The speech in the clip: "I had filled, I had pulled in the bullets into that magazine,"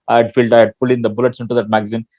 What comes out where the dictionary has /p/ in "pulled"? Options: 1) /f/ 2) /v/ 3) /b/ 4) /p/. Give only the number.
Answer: 1